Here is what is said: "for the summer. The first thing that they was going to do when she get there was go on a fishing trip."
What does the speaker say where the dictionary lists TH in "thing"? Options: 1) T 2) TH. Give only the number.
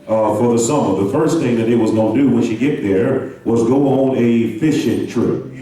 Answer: 2